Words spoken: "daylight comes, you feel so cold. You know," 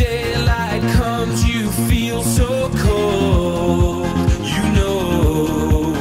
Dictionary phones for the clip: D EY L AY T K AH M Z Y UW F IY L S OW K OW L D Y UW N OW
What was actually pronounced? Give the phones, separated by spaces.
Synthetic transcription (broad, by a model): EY L AY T K AH M Z Y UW F IY L S OW K OW L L Y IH N OW